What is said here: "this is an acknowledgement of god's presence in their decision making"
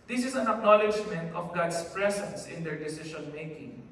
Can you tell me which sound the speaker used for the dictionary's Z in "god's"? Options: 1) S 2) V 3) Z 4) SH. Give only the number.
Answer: 1